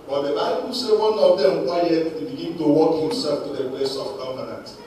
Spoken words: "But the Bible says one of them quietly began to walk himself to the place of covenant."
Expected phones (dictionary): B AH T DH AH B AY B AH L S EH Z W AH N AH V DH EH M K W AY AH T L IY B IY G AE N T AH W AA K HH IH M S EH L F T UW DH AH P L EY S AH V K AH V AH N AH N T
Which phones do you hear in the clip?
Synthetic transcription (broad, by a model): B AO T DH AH B AY B AH L S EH W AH N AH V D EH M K W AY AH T W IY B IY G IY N T AH W AA K HH IH M S EH L F T UW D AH P L EY S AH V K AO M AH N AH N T